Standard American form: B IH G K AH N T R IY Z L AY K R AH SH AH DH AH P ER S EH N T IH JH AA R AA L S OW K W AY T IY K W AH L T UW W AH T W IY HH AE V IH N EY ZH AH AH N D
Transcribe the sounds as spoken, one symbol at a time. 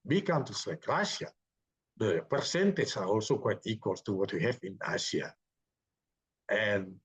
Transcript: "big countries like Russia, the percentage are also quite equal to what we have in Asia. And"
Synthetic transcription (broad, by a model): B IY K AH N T IY S L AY K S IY AH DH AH P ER S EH N T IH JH AA R AA L S OW K W AY T IY K W AH L T UW W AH T W IY HH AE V IH N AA S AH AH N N